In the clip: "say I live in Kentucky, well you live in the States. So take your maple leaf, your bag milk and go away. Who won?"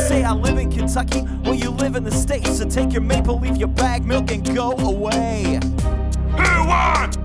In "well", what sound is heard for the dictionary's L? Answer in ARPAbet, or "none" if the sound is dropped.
N